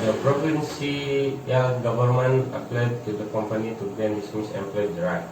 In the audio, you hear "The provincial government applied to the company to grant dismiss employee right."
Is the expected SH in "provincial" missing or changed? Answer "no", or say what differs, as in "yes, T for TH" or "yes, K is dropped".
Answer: yes, S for SH